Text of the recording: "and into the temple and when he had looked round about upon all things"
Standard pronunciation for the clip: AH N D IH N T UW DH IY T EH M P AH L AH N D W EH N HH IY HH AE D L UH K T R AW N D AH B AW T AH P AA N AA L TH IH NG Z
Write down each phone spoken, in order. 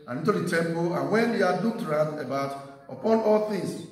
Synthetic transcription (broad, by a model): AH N IH N T UW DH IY T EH M P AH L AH N W EH N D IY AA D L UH K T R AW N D AH B AW T AH P AA N AA L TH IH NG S